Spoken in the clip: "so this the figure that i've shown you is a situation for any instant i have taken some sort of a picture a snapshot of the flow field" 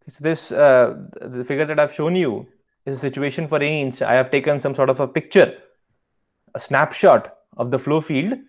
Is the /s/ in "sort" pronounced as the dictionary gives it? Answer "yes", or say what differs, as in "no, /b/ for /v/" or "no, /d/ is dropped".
yes